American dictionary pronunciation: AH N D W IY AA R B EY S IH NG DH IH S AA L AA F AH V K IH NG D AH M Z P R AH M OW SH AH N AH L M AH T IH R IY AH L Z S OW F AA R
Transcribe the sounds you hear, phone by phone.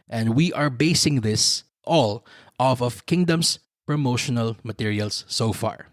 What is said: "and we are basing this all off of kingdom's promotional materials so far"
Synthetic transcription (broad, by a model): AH N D W IY AA R B EY S IH NG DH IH S AA L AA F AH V K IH NG D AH M S P R AH M OW SH AH N AH L M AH T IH R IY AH L S OW F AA R